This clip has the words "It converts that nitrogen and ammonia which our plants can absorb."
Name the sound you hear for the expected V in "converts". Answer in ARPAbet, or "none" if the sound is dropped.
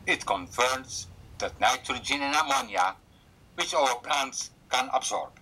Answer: F